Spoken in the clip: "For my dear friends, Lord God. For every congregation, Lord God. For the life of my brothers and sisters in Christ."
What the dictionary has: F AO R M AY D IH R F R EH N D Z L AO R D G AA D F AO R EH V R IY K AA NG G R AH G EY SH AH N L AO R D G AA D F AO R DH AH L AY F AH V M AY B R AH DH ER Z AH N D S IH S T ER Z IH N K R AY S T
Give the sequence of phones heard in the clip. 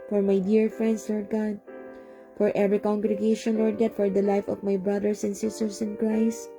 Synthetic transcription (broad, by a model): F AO R M AY D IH R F R EH N D S L AO R D G AA D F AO R EH V R IY K AA NG G R AH G EY SH AH N L AO R D G AA D F AO R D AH L AY F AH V M AY B R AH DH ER S AH N D S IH S T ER S IH N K R AY S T